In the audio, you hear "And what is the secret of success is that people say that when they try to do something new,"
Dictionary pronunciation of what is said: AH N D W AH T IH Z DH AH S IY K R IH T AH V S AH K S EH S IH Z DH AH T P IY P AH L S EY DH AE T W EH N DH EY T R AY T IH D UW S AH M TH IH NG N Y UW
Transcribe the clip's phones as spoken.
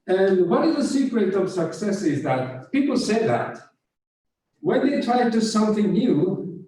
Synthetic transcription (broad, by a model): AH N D W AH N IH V DH AH S IY K R IH T AH V S AH K S EH S IH Z DH AH T P IY P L S EY DH AE T W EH N DH EY T R AY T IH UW S AH M TH IH NG N Y UW